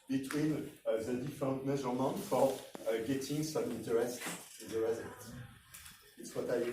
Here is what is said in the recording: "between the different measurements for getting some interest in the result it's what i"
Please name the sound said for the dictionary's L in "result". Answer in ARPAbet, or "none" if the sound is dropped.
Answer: none